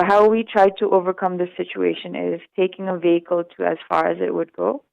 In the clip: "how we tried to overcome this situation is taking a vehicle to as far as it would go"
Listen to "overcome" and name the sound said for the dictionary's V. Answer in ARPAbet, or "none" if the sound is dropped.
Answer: V